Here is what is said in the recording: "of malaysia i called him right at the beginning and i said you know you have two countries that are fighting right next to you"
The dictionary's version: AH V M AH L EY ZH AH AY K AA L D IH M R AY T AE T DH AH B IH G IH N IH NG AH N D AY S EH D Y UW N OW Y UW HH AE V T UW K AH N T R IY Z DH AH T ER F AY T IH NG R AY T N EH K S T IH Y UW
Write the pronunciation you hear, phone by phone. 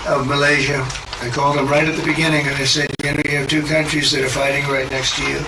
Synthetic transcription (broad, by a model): AH V M AH L EY ZH AH AY K AA L D IH M R AY T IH T DH AH B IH G IH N IH NG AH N AY S EH D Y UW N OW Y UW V T UW K AH N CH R IY Z DH AH T ER F AY T IH NG R AY T N EH K S T IH Y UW